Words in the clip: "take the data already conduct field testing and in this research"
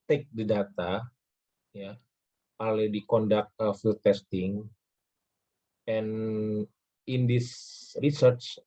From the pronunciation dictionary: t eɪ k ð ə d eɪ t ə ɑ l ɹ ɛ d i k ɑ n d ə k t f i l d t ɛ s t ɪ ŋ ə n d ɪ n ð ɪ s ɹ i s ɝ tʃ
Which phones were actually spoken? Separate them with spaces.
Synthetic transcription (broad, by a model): t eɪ k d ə d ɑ t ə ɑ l ɛ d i k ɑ n d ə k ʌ f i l t ɛ s t ɪ ŋ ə n ɪ n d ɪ s ɹ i s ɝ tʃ